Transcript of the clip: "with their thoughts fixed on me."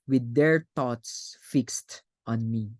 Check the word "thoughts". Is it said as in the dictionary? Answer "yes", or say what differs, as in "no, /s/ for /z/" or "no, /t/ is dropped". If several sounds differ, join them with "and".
no, /t/ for /θ/